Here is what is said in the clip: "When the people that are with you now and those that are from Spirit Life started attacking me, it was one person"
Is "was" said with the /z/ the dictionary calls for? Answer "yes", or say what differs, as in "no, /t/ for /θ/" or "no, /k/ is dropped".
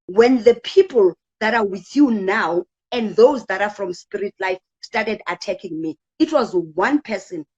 yes